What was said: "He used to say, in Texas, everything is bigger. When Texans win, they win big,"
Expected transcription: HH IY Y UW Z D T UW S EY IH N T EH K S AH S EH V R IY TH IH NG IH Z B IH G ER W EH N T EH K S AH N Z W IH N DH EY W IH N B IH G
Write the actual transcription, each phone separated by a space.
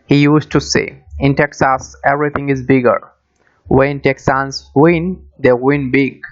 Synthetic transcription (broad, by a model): HH IY Y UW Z T UW S EY IH N T EH K S AH S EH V R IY T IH NG IH Z B IH G ER W EH N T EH K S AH N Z W IH N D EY W IH N B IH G